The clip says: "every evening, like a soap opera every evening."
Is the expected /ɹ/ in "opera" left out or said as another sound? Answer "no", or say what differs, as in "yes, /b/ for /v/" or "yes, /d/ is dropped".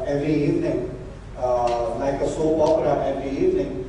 yes, /l/ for /ɹ/